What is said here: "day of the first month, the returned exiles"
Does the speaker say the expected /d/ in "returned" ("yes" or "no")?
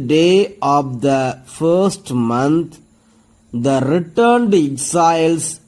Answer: yes